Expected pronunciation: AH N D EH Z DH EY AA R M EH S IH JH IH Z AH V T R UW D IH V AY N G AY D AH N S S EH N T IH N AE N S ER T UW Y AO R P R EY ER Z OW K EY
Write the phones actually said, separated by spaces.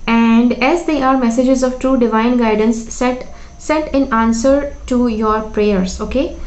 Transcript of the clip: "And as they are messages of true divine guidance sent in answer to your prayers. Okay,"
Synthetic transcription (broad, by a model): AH N D EH Z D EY AA R M EH S IH JH IH Z AH V T R UW D IH V AY N G AY D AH N S S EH T IH N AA N S ER T UW Y AO R P R EY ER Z OW K EY